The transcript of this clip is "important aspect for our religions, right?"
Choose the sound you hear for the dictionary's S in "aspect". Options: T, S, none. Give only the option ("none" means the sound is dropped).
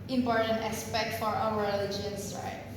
S